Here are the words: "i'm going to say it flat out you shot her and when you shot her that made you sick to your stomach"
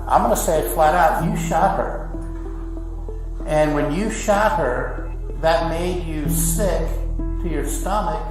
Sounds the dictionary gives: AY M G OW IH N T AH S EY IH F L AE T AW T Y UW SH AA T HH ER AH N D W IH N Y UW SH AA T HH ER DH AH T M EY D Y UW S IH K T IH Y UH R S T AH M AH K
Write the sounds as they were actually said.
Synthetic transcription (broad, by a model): AY M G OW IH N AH S EY IH F L AE T AW T Y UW SH AA T HH ER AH N W IH N Y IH SH AA T HH ER DH AH T M EY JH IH S IH K T IH Y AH R S T AH M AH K